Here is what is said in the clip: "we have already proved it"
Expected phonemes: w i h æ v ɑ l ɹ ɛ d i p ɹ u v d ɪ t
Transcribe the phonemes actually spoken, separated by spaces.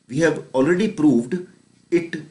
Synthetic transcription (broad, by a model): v i h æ v ɑ l ɹ ɛ d i p ɹ u v d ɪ t